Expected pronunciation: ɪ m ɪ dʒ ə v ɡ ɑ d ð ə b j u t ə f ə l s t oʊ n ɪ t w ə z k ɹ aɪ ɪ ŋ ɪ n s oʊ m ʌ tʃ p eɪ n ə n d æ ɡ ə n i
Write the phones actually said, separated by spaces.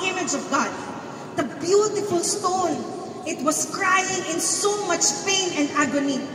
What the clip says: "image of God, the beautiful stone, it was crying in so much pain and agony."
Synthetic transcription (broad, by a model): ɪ m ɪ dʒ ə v ɡ ɑ d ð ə b j u t ə f ə l s t oʊ n ɪ t w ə s k ɹ aɪ ɪ ŋ ɪ n s oʊ m ʌ tʃ p eɪ n ə n d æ ɡ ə n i